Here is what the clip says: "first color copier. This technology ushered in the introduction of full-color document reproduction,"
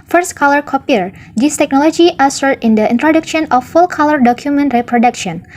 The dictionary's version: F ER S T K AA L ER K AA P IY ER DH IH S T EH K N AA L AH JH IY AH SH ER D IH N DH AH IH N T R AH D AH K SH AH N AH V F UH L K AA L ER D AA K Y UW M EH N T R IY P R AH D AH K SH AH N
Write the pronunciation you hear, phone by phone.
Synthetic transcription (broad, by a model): F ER S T K AA L ER K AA P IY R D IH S T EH K N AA L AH JH IY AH S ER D IH N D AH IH N T R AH D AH K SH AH N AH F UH L K AA L ER D AA K Y UW M EH N T R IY P R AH D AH K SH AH N